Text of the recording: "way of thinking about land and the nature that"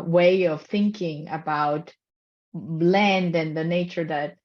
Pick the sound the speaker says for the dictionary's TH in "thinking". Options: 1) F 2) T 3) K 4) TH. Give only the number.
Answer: 4